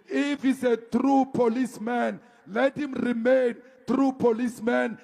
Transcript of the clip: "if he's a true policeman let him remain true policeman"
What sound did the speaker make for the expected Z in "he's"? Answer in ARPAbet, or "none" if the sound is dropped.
S